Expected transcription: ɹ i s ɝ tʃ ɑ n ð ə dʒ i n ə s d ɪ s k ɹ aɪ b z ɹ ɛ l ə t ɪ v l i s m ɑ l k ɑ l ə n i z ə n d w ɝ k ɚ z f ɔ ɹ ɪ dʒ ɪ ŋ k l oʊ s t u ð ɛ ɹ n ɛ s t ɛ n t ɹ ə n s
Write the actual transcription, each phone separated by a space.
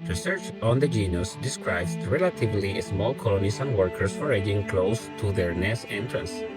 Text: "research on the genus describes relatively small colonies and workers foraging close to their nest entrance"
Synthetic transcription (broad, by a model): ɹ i s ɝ tʃ ɑ n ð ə dʒ i n ə s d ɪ s k ɹ aɪ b s ɹ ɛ l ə t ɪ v l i s m ɑ l k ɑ l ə n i s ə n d w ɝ k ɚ s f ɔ ɹ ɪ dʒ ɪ ŋ k l oʊ s t u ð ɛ ɹ n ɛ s ɛ n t ɹ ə n s